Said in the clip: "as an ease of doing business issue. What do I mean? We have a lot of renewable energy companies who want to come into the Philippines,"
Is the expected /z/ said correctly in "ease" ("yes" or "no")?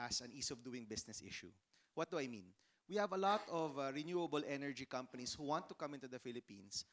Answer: no